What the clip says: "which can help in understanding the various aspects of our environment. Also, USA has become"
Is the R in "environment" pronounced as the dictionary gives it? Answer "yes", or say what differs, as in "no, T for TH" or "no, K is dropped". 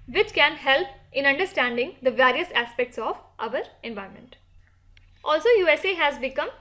no, R is dropped